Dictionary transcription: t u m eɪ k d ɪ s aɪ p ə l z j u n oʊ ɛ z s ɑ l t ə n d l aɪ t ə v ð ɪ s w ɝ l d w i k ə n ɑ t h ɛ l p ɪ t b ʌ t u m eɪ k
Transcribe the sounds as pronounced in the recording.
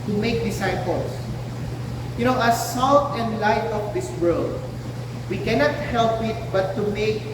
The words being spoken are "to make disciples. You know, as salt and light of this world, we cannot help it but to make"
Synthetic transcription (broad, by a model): t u m eɪ k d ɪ s aɪ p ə l s j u n oʊ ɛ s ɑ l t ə n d l aɪ t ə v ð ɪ s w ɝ l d w i k ə n ɑ t h ɛ l p ɪ t b ʌ t u m eɪ k